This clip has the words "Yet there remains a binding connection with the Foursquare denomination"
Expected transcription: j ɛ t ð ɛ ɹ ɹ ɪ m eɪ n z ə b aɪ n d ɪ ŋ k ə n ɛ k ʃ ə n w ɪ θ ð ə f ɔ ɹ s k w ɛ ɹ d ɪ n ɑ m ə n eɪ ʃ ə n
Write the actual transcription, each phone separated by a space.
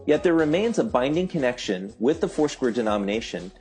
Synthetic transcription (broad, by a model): j ɛ t ð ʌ ɹ ɹ ɪ m eɪ n z ə b aɪ n d ɪ ŋ k ə n ɛ k ʃ ə n w ɪ ð ə f ɔ ɹ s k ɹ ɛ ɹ d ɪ n ɑ m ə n eɪ ʃ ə n